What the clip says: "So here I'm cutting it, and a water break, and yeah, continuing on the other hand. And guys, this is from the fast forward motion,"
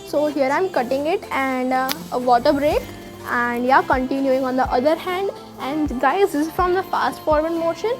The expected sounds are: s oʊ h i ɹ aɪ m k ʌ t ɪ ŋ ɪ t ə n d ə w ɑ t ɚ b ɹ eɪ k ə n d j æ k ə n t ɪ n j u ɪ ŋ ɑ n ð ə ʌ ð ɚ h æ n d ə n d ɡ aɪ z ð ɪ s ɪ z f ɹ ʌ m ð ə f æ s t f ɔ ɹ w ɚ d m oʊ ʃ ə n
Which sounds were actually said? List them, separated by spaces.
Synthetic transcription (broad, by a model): s oʊ h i ɹ aɪ m k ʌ t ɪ ŋ ɪ t ə n d ə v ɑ t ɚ b ɹ eɪ k ə n d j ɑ k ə n t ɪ n j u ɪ ŋ ɑ n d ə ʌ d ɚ h æ n d ə n d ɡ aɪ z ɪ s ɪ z f ɹ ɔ m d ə f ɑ s t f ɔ ɹ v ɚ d m oʊ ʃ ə n